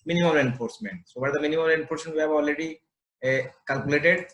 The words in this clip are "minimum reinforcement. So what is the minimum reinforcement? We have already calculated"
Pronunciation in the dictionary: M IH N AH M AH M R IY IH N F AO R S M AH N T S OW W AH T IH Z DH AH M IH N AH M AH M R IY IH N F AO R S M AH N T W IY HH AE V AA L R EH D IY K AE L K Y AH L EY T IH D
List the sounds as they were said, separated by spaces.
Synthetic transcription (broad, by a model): M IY N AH M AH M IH N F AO R S M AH N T S OW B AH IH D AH M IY N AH M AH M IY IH N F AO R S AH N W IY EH B AA L R EH D IY K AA L K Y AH L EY T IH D